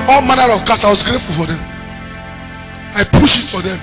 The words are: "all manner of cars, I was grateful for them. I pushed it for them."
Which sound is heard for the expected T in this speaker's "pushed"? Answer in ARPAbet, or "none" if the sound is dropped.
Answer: none